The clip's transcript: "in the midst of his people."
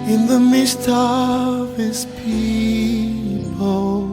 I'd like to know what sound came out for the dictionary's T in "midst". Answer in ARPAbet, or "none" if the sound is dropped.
T